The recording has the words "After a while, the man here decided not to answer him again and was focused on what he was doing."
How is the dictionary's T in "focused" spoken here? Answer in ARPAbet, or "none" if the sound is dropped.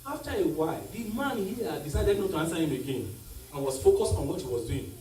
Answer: T